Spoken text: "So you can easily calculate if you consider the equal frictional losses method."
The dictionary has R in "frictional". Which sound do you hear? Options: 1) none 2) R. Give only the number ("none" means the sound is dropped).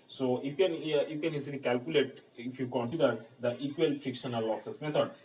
1